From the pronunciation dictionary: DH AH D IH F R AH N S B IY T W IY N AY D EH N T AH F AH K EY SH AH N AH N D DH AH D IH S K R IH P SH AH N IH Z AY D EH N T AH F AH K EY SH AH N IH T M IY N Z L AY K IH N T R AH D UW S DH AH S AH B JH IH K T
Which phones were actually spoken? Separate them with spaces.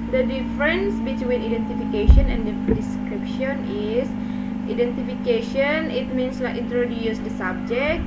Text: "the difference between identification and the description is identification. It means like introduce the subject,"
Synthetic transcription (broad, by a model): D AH D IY F R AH N S B IY T W IY N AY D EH N T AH F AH K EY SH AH N AH N D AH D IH S K R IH P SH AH N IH S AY D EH N T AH F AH K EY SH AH N IH T M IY N S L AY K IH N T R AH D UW S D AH S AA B JH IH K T